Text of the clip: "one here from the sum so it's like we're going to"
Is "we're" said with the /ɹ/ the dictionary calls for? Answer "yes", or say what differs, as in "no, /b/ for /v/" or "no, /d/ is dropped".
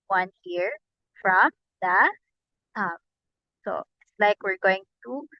yes